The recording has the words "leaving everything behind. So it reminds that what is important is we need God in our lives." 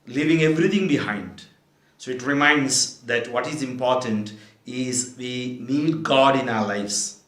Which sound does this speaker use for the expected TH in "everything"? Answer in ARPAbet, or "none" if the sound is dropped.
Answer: T